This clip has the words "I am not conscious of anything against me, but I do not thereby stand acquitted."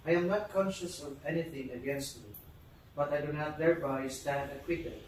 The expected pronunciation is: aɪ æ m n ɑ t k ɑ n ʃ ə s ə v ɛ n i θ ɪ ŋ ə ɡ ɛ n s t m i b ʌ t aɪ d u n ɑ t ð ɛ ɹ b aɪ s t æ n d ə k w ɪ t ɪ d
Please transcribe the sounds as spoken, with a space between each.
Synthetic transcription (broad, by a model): aɪ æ m n ɑ t k ɑ n ʃ ə s ə v ɛ n i θ ɪ ŋ ə ɡ ɛ n s t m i b ʌ t aɪ d u n ɑ t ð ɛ ɹ b aɪ s t æ n d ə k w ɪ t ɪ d